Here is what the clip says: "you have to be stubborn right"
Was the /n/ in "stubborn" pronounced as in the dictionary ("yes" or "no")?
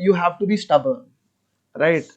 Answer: no